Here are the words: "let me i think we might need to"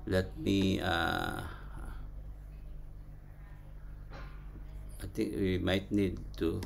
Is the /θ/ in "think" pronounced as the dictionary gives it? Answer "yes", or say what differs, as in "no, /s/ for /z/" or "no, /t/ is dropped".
no, /t/ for /θ/